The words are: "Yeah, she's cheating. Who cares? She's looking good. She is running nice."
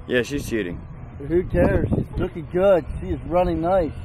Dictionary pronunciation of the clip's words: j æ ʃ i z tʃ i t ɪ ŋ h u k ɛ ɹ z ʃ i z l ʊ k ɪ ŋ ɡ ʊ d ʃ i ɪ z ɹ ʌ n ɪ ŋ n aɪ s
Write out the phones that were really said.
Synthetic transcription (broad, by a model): j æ ʃ i z ʃ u t ɪ ŋ h u k ɛ ɹ z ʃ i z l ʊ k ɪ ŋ ɡ ʊ d ʃ i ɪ z ɹ ʌ n ɪ ŋ n aɪ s